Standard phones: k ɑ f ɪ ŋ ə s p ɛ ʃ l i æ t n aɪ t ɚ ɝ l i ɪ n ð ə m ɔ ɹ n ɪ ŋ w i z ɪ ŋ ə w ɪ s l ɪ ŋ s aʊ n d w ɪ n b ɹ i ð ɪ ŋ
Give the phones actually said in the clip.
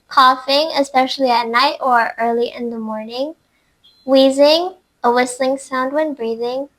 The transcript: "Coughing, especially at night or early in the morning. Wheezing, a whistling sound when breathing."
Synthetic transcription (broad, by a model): k ɑ f ɪ ŋ ə s p ɛ ʃ l i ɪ t n aɪ t ɚ ɝ l i ɪ n ð ə m ɔ ɹ n ɪ ŋ w i z ɪ ŋ ə w ɪ s l ɪ ŋ s aʊ n d w ɪ n b ɹ i ð ɪ ŋ